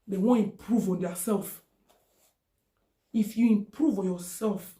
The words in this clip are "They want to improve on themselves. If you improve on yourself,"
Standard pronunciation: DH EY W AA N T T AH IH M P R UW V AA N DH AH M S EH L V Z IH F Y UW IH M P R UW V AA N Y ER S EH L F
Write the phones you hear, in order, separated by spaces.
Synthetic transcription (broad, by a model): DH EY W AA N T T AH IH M P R UW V AA N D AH S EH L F IH F Y UW IH M P R UW V AA N Y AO S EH L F